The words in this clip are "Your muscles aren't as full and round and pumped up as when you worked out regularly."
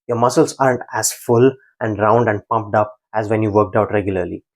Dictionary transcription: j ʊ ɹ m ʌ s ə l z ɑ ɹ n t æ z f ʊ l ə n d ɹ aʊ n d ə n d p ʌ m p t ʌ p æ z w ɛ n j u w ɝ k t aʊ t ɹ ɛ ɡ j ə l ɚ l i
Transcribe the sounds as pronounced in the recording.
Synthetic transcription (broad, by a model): j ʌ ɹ m ʌ s ə l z ɑ ɹ n t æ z f ʊ l ə n d ɹ aʊ n d ə n d p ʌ m p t ʌ p æ z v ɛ n j u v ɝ k t aʊ t ɹ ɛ ɡ j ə l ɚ l i